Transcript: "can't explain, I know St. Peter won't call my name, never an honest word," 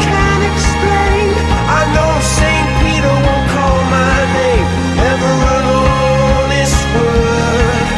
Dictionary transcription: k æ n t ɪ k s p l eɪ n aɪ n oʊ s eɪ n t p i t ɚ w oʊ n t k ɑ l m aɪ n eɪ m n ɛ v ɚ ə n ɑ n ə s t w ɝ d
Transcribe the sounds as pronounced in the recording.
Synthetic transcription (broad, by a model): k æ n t ɪ k s p l eɪ n aɪ n oʊ s eɪ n p i t ɚ w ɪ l k ɑ l m aɪ n eɪ m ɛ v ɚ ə l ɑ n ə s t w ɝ